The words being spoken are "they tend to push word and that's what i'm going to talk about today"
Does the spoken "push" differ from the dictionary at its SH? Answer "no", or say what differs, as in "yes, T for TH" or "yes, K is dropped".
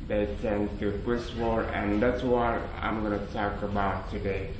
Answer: yes, S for SH